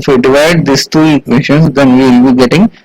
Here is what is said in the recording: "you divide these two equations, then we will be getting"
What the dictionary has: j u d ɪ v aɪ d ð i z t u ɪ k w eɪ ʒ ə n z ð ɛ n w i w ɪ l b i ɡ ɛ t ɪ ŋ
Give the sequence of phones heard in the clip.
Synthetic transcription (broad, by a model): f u d ɪ v aɪ d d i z t u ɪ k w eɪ ʃ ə n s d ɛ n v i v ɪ l b i ɡ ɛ t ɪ ŋ